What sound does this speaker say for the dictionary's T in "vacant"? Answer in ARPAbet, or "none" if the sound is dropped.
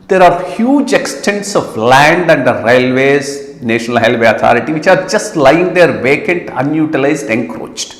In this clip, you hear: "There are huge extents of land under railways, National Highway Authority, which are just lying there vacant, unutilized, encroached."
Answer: T